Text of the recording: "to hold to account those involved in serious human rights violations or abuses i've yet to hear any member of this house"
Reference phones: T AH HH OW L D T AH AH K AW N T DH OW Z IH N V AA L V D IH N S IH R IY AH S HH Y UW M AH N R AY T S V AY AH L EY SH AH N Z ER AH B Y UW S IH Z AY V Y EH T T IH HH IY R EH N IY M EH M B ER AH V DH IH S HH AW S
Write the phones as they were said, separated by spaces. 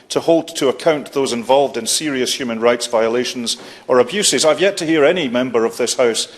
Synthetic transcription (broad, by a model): T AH HH OW L D T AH AH K AW N T DH OW Z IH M V AA L V D IH N S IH R IY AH S HH Y UW M AH N R AY T S V AY AH L EY SH AH N Z ER AH B Y UW S IH Z AY V Y EH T T IH HH IY R EH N IY M EH M B ER AH V DH IH S HH AW S